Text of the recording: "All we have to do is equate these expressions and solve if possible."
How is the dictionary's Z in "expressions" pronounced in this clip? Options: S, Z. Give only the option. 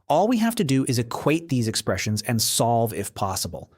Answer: Z